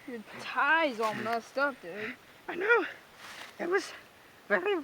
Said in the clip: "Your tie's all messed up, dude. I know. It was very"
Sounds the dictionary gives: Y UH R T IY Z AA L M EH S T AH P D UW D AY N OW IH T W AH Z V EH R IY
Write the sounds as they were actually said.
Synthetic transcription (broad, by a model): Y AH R T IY Z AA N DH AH S T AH F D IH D AY N OW IH T W AH Z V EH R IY